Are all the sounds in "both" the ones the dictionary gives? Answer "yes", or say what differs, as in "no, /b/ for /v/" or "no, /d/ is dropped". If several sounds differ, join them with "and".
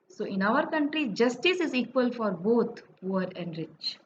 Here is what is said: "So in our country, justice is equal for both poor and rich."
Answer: no, /t/ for /θ/